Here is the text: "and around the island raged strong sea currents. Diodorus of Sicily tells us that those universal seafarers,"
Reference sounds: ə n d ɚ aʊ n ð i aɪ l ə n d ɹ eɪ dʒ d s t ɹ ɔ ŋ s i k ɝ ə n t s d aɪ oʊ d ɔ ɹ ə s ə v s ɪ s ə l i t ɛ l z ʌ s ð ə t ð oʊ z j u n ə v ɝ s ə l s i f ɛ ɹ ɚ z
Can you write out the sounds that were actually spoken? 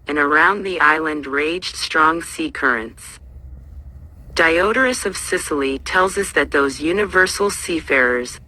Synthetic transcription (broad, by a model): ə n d ɚ aʊ n ð i aɪ l ə n d ɹ eɪ dʒ d s t ɹ ɔ ŋ s i k ɝ ə n t s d aɪ oʊ d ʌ ɹ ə s ə v s ɪ s l i t ɛ l z ʌ s ð ə t ð oʊ z j u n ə v ɝ s l s i f ɛ ɹ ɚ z